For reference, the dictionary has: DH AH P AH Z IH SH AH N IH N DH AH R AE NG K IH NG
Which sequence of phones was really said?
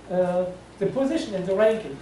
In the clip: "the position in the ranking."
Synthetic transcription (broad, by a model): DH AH P AH Z IH SH AH N IH N DH AH R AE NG K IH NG